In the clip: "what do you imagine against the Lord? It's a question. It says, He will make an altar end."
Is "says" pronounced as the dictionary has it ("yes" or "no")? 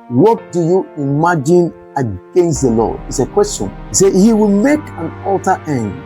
no